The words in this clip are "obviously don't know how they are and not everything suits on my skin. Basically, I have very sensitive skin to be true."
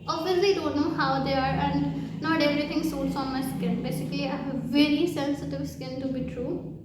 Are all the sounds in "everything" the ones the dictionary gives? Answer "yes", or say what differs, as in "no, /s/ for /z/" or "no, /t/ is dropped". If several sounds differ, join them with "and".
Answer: no, /t/ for /θ/